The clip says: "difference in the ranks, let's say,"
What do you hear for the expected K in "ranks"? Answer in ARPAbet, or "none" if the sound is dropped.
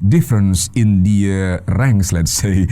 none